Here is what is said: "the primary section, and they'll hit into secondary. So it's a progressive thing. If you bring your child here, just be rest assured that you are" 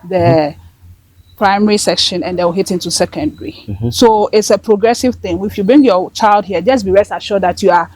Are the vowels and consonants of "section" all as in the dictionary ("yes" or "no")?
yes